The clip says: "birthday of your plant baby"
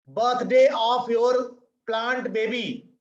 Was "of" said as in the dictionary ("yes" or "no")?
no